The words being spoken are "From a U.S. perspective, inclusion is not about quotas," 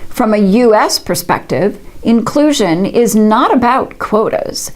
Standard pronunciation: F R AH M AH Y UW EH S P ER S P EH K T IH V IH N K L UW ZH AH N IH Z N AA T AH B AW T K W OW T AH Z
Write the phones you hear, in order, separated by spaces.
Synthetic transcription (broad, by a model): F R AH M AH Y UW EH S P ER S P EH K T IH V IH N K L UW ZH AH N IH Z N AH T AH B AW T K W OW T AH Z